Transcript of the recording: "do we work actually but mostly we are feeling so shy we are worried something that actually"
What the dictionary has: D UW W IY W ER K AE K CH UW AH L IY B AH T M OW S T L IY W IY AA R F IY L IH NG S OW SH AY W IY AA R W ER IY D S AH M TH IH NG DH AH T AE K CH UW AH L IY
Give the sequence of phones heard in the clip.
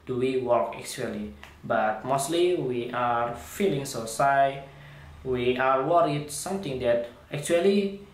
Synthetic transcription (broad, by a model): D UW W IY W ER K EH K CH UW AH L IY B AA T M OW S T L IY W IY AA R F IY L IH NG S OW S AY W IY AA R W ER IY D S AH M T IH NG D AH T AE K CH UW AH L IY